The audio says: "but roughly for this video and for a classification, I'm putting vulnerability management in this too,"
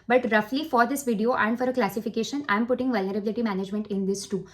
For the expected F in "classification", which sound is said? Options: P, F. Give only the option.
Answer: F